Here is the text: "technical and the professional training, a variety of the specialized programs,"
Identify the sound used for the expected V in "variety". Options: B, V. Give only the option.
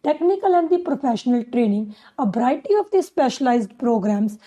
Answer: B